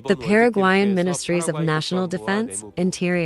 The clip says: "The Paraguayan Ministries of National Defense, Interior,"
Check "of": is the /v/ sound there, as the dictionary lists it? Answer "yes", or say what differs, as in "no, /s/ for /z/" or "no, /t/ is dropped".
yes